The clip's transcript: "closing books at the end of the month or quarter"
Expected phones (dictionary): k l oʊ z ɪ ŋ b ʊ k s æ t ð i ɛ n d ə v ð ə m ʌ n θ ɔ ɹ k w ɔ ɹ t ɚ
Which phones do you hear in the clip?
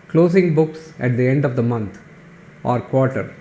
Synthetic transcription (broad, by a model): k l oʊ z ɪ ŋ b ʊ k s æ t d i ɛ n d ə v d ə m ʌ n t ɔ ɹ k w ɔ ɹ t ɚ